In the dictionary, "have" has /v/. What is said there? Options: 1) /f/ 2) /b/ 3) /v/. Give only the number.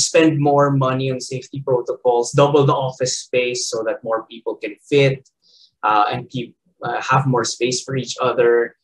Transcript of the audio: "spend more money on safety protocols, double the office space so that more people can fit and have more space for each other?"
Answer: 3